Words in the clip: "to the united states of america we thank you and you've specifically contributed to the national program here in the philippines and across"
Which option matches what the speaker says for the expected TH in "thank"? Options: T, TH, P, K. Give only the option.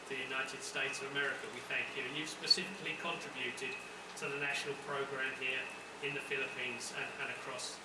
TH